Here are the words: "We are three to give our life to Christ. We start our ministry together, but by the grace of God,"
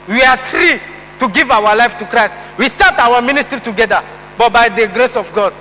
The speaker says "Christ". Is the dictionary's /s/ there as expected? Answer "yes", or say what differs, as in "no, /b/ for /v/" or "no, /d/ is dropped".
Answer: yes